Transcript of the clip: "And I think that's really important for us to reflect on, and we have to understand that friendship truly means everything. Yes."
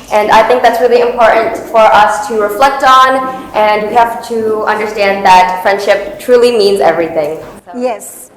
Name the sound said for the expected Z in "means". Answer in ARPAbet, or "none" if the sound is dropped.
Z